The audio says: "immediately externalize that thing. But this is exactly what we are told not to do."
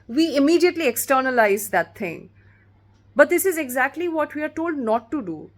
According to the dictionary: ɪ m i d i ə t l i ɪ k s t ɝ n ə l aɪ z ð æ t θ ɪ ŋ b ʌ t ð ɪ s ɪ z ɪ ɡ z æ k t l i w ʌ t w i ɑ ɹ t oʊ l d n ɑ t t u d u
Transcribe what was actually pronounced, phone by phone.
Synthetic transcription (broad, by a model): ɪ m i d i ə t l i ɪ k s t ɝ n ə l aɪ z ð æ t t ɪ ŋ b ʌ t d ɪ s ɪ z ɪ ɡ z æ k t l i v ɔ t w i ɑ ɹ t oʊ l d n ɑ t t u d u